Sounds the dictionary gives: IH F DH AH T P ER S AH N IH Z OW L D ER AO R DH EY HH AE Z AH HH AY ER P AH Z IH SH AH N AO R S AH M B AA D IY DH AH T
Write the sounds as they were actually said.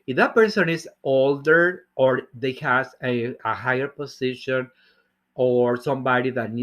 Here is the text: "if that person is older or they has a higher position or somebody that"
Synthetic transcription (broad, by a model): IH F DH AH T P ER S AH N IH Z OW L D ER AO R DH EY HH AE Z AH HH AY ER P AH S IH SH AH N AO R S AH M B AA D IY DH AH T